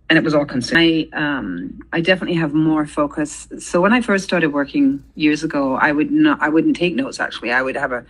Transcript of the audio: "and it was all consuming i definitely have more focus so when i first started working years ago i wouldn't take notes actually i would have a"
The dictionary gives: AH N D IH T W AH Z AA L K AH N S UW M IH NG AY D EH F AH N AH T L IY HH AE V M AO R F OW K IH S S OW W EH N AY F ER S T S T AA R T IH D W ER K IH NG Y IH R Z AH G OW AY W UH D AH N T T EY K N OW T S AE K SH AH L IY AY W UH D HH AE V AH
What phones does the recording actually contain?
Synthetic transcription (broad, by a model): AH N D IH T W AH Z AA L K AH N S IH IH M AY D EH F AH N AH T L IY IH V M AO R F OW K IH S S OW W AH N AY F ER S T S T AA R T IH D W ER K IH NG Y IH R Z AH G OW AY W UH D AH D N T EY K N OW T S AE K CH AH L IY AY W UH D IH V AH